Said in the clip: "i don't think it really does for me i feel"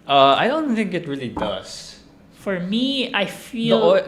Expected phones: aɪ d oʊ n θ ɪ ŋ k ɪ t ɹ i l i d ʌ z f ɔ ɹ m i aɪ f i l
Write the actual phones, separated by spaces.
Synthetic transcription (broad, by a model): aɪ d oʊ n θ ɪ ŋ k ɪ t ɹ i l i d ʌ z f ɔ ɹ m i aɪ f i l